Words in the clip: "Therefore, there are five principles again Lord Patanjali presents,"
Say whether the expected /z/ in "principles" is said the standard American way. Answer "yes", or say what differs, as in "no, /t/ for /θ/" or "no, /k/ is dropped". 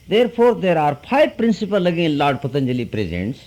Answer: no, /z/ is dropped